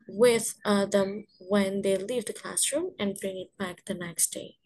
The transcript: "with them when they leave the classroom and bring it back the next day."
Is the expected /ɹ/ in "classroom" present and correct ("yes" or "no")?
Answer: yes